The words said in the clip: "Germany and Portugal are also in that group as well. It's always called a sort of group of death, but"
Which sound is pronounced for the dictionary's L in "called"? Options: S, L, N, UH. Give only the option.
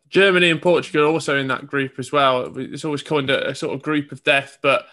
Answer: N